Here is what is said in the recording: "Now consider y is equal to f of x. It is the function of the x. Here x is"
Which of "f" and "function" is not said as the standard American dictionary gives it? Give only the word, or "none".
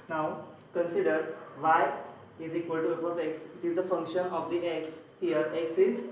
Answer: f